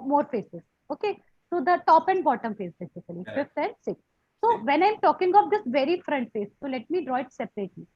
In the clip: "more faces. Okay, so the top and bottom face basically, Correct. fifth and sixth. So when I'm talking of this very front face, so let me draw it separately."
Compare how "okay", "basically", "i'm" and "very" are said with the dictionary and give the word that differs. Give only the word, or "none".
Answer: basically